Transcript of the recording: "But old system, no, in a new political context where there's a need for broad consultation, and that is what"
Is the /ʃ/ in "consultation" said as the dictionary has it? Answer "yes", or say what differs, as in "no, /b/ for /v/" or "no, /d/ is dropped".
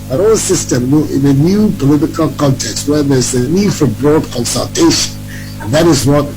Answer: no, /ʃ/ is dropped